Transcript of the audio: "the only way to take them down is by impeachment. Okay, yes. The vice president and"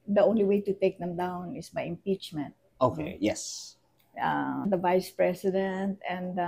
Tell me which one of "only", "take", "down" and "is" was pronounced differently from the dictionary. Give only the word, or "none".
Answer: is